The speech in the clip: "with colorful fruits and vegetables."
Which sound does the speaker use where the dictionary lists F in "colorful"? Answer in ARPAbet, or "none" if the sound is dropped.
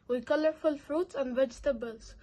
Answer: F